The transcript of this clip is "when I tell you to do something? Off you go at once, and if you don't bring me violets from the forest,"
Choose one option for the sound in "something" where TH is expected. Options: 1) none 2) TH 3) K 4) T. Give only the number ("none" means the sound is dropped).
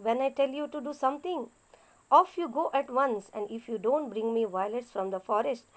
4